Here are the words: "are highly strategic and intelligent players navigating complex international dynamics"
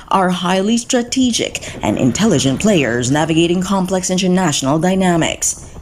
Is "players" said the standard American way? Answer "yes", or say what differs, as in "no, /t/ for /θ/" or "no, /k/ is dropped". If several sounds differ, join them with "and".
yes